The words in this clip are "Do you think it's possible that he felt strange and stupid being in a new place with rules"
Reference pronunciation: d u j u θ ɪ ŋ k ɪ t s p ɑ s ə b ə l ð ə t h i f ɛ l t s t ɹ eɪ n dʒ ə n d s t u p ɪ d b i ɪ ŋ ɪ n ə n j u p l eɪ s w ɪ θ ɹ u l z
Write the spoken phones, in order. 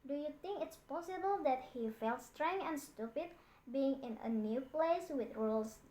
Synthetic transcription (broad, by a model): d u j u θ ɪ ŋ k ɪ t s p ɑ s ə b ə l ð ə t h i f ɛ l t s t ɹ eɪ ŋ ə n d s t u p ɪ d b i ɪ ŋ ɪ n ə n j u p l eɪ s w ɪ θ ɹ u l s